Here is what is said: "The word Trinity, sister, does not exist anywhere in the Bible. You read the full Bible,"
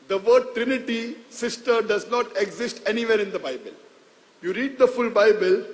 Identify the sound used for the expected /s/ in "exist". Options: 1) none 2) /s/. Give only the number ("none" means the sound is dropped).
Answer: 2